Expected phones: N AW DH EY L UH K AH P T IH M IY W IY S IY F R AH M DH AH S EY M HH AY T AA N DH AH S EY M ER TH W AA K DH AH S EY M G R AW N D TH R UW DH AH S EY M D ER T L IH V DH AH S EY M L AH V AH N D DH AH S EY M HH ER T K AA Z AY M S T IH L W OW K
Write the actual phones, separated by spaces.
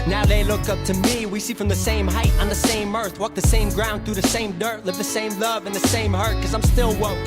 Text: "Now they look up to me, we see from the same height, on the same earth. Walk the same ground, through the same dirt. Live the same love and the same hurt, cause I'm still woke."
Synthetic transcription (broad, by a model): N AW DH EY L UH K AH P T IH M IY W IY S IY F R AH M DH AH S EY M HH AY T N DH AH S EY M ER TH W AA K DH AH S EY M G R AW N D TH R UW DH AH S EY M D ER T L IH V DH AH S EY M L AH V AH N DH AH S EY M HH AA T K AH Z AY M S T IH L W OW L